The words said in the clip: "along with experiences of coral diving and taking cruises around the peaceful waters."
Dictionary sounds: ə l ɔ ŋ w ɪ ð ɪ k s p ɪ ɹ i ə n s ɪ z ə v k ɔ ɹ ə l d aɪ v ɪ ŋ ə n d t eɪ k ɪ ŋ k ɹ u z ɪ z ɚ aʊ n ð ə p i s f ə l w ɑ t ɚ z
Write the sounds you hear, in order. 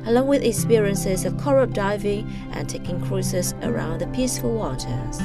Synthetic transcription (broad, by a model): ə l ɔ ŋ w ɪ ð ɪ k s p ɪ ɹ i ə n s ɪ z ə v k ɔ ɹ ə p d aɪ v ɪ ŋ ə n t eɪ k ɪ ŋ k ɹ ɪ s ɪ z ɚ aʊ n ð ə p i s f ə l w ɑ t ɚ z